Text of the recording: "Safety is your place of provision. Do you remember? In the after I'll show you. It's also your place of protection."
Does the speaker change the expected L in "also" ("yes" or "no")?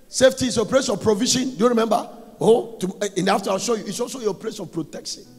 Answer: no